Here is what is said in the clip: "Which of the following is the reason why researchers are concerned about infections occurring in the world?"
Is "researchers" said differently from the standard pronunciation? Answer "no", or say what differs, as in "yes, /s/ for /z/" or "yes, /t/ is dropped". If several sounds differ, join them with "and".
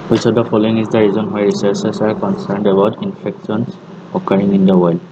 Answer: yes, /s/ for /tʃ/ and /s/ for /z/